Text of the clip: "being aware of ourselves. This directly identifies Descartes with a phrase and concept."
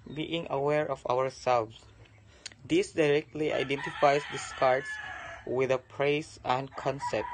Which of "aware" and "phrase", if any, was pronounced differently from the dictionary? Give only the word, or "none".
phrase